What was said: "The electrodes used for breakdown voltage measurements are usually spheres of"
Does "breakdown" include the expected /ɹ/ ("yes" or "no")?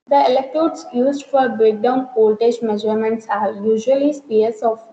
yes